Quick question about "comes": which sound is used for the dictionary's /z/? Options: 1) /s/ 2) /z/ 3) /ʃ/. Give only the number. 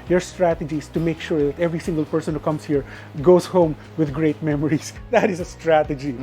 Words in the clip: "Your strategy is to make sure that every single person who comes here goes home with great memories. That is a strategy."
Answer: 1